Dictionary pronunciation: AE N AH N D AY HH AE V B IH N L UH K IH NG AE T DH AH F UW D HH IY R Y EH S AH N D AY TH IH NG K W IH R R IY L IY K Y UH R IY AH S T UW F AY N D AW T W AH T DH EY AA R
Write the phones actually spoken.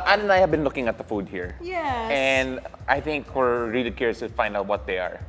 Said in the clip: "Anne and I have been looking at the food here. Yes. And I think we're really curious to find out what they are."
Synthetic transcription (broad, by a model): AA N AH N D AY HH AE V B IH N L UH K IH NG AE T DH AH F UW D HH IY R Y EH AH N D AY TH IH NG K W IH R R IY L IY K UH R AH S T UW F AY N D AW T W AH T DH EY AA R